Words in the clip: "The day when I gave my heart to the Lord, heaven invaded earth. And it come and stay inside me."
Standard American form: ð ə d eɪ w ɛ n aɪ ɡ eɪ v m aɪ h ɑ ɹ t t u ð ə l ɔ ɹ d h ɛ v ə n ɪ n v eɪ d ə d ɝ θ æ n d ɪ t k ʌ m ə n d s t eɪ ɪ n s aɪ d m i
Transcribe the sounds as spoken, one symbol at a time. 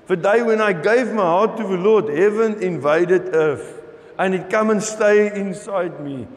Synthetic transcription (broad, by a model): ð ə d eɪ w ɛ n aɪ ɡ eɪ v m aɪ h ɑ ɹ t t u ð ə l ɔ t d h ɛ v ə n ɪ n v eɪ d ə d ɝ f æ n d ɪ t k ʌ m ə n s t eɪ ɪ n s aɪ d m i